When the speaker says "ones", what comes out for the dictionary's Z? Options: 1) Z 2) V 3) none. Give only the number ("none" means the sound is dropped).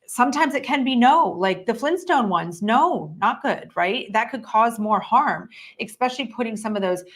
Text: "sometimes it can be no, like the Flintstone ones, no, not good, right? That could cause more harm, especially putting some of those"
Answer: 1